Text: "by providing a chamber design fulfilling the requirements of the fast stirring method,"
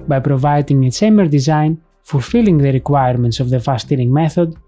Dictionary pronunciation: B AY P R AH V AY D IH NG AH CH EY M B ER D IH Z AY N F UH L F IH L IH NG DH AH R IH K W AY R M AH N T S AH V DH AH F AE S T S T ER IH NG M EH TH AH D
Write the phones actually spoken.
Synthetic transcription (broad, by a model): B AY P R AH V AY D IH NG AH S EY M ER D IH Z AY N F UH L F IH L IH NG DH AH R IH K W AY R M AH N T S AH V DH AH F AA S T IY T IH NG M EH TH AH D